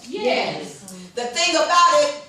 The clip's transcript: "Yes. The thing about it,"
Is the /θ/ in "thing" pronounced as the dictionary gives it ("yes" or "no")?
yes